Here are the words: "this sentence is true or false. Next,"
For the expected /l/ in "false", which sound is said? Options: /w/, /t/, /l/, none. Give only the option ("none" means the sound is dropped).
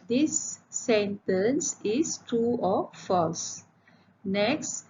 /l/